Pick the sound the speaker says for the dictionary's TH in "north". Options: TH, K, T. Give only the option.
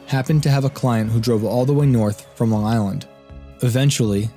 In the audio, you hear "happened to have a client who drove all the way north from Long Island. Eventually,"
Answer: TH